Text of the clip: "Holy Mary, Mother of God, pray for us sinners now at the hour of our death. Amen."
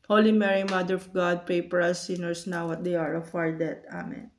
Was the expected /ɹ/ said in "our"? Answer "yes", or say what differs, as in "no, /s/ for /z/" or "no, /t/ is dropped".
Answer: yes